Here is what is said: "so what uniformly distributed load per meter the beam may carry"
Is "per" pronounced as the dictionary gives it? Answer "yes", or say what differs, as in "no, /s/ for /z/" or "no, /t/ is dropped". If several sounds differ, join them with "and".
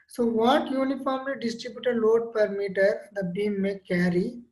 yes